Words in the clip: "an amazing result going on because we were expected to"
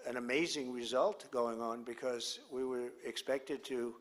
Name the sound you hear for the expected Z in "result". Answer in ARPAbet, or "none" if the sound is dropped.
Z